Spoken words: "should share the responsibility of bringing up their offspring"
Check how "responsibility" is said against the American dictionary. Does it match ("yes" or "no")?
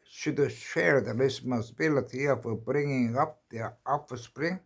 no